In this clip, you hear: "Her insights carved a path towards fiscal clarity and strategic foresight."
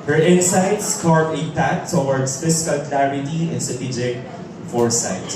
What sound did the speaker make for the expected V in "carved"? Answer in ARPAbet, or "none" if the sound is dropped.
none